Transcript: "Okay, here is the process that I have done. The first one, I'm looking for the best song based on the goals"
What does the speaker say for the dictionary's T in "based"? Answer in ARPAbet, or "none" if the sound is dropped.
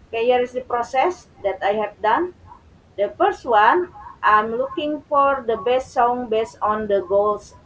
none